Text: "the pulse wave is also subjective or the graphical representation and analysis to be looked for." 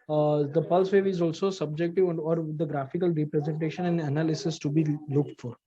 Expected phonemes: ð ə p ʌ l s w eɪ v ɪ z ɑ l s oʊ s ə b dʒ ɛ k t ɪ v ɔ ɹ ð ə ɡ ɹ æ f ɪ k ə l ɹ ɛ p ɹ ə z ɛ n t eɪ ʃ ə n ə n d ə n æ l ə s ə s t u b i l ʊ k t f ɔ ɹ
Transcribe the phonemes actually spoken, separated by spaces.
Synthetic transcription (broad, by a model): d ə p ʌ l s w eɪ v ɪ z ɑ l s oʊ s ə b dʒ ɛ k t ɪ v ɔ ɹ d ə ɡ ɹ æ f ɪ k ə l ɹ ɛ p ɹ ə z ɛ n t eɪ ʃ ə n ə n d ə n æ l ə s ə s t u b i l ʊ k t f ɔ ɹ